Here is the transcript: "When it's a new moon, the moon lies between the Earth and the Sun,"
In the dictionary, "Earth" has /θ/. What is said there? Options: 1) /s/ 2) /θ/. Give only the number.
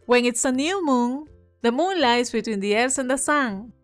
1